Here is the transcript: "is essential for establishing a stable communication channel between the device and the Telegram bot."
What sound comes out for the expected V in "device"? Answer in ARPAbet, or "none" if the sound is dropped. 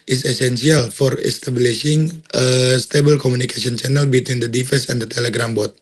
F